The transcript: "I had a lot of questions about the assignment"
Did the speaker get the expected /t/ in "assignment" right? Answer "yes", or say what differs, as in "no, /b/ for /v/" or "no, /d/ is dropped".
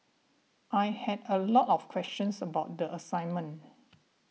no, /t/ is dropped